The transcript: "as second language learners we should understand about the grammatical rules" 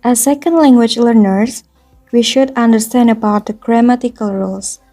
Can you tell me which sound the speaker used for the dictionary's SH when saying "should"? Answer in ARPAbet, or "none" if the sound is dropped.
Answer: SH